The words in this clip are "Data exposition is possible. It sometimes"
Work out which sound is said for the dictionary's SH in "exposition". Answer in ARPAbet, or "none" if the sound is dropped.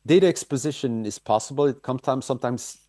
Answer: SH